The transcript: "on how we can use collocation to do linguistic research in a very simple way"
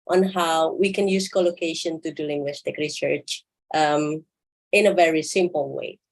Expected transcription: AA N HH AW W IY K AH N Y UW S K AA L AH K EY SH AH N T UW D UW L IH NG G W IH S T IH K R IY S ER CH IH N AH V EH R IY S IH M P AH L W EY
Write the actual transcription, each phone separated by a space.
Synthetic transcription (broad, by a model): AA N HH AW W IY K AH N Y UW S K AA L AH K EY SH AH N T UW D UW L IH NG G W IH S T IH K R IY S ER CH IH N AH V EH R IY S IH M P AH L W EY